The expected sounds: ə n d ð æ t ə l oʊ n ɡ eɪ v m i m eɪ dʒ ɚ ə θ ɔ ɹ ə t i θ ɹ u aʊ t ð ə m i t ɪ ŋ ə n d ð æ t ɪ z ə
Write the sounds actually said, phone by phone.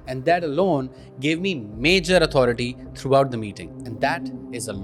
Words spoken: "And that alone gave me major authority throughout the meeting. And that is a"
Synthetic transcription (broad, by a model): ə n d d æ t ə l oʊ n ɡ eɪ v m i m eɪ dʒ ɚ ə t ɔ ɹ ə t i t ɹ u aʊ t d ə m i t ɪ ŋ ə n d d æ t ɪ z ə